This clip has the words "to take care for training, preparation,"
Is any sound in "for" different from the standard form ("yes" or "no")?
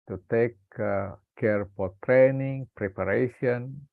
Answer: yes